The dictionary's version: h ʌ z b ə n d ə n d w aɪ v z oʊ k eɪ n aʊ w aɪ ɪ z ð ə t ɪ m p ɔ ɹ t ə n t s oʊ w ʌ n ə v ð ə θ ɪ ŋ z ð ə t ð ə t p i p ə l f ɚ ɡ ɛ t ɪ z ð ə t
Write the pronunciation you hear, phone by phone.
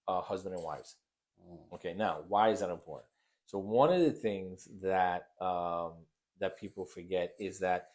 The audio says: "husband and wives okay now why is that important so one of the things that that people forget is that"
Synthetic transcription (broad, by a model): h ʌ z b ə n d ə n w aɪ v z oʊ k eɪ n aʊ w aɪ ɪ z ð ə t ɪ m p ɔ ɹ t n t s oʊ w ʌ n ə v ð ə θ ɪ ŋ z ð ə t ð ə t p i p l f ɚ ɡ ɛ t ɪ z ð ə t